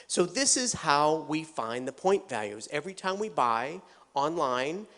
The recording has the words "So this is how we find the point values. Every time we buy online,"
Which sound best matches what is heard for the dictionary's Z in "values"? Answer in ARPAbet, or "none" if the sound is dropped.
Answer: Z